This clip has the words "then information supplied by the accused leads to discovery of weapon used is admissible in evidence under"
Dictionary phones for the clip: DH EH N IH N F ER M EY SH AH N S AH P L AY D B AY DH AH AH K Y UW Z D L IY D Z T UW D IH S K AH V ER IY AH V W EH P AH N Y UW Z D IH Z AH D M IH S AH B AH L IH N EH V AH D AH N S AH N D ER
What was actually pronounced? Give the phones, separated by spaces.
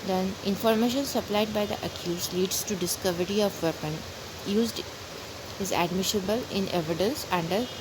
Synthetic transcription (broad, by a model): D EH N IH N F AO M EY SH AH N S AH P L AY D B AY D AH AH K Y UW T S L IY D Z T UW D IH S K AH V ER IY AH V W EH P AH N Y UW Z D IH Z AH D M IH SH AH B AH L IH N EH V AH D AH N S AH N D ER